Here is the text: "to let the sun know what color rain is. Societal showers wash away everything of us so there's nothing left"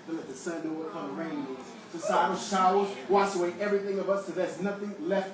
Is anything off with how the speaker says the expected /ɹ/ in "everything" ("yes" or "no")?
no